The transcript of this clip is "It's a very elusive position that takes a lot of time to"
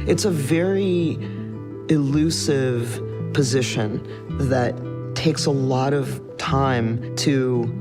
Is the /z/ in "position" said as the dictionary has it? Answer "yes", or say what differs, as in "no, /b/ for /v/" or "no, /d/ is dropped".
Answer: yes